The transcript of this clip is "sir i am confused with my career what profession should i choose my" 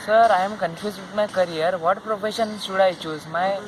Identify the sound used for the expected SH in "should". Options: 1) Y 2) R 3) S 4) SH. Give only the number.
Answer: 3